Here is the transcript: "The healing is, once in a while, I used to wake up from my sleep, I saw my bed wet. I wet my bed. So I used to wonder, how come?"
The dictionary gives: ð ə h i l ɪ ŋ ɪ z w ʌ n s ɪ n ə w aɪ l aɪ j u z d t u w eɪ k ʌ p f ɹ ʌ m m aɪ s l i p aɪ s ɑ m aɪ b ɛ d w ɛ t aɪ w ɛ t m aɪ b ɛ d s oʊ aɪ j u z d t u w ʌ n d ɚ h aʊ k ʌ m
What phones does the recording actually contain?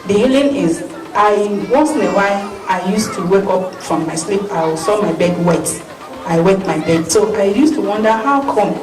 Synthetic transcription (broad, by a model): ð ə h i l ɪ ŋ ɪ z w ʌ s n ə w aɪ aɪ j u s t u w eɪ k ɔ p f ɹ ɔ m m aɪ s l i p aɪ s ɑ m aɪ b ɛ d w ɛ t aɪ w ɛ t m aɪ b ɛ d s oʊ aɪ j u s t u w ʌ n d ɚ h aʊ k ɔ m